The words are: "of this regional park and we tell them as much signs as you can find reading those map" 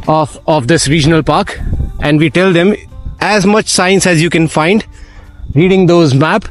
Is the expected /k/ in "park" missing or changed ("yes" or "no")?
no